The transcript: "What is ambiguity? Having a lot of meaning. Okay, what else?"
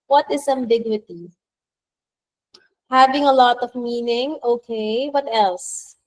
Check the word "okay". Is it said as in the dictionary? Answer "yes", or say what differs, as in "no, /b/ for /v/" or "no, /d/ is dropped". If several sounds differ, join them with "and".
yes